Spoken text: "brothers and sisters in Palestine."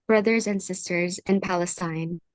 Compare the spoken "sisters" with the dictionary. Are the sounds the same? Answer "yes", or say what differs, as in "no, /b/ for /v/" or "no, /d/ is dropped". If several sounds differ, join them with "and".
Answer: yes